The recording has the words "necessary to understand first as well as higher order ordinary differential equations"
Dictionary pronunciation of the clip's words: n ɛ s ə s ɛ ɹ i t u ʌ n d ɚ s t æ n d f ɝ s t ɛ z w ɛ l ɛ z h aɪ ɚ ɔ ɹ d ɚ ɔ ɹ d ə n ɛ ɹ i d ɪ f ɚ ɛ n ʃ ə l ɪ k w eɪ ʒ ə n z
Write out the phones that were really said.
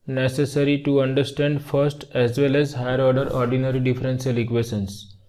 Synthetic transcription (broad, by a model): n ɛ s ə s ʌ ɹ i t u ʌ n d ɚ s t æ n d f ɝ s t ɛ z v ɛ l ɛ z h aɪ ɚ ɔ ɹ d ɚ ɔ ɹ d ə n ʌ ɹ i d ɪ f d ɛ n s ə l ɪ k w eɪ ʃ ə n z